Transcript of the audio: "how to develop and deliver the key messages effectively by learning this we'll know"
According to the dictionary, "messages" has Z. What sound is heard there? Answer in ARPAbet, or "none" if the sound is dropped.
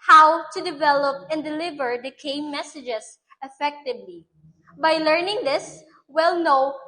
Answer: S